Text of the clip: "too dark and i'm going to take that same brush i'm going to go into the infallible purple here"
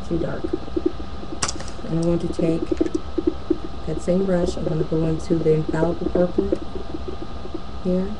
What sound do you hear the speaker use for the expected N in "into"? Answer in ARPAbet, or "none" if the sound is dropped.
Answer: N